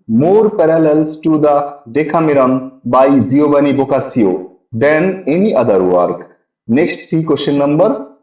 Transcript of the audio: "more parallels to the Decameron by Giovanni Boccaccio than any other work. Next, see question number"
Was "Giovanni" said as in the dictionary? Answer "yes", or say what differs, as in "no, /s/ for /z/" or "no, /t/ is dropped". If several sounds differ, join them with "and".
no, /b/ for /v/